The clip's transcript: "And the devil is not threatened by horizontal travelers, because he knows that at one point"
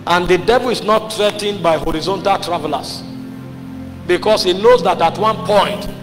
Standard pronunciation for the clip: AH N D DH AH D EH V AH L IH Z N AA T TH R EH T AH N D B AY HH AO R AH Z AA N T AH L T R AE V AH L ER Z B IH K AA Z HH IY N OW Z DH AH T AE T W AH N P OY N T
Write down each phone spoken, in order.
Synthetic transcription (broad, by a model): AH N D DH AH D EH V AH L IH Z N AA T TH R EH T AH N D B AY HH AO R AH Z AA N T AH L T R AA V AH L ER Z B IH K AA S HH IY N OW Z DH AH T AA T W AH N P OY N T